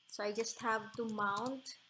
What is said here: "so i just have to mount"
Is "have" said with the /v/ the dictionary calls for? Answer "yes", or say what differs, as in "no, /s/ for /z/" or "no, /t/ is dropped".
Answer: yes